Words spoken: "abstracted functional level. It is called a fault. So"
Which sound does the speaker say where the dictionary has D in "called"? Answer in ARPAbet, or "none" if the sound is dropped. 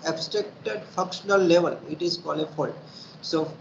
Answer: none